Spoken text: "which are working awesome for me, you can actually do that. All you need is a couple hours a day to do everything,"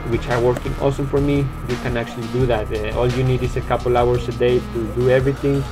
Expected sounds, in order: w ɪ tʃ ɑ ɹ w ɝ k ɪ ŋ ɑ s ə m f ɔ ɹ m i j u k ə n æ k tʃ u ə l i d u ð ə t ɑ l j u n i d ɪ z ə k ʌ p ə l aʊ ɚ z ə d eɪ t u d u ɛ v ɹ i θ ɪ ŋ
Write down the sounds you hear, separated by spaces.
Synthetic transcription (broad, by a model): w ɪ tʃ ɑ ɹ w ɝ k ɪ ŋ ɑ s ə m f ɔ ɹ m i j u k ə n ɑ k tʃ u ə l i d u ð ə t ɑ l j u n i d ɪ s ə k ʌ p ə l aʊ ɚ s ə d eɪ t u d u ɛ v ɹ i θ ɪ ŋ